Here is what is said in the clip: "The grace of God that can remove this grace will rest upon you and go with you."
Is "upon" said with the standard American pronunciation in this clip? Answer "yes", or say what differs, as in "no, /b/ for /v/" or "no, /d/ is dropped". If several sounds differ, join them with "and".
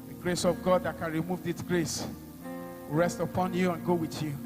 yes